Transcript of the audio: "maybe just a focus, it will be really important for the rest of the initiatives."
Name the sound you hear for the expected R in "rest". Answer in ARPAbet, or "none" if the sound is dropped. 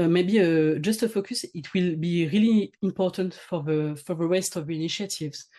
W